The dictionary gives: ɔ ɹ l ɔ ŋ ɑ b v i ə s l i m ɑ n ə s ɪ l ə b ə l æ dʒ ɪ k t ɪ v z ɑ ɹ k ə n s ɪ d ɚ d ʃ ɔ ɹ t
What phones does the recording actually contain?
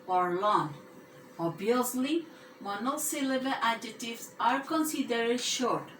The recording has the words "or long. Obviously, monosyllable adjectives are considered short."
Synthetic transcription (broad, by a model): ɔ ɹ l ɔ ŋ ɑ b i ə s l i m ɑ n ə s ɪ l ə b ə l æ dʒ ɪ t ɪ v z ɑ ɹ k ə n s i d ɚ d ʃ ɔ ɹ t